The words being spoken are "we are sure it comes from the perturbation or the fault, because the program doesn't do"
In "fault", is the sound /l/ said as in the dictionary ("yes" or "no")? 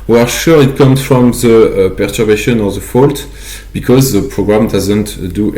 yes